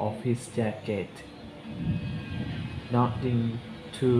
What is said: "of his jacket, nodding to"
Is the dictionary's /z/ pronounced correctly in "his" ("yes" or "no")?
no